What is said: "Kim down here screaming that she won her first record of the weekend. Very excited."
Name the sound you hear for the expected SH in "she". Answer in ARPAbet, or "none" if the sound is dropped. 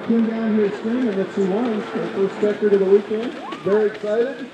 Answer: S